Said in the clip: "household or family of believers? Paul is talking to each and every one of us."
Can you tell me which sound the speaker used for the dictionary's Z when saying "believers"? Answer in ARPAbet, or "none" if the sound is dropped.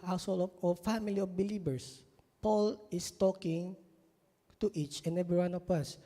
S